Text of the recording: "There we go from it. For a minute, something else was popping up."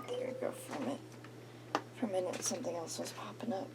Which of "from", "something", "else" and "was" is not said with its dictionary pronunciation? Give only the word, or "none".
none